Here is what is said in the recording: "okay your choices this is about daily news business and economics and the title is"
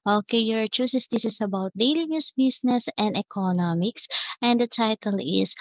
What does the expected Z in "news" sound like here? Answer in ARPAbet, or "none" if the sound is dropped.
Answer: S